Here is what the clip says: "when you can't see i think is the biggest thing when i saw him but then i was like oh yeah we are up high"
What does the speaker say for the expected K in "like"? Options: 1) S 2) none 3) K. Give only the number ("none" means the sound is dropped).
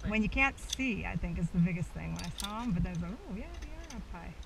2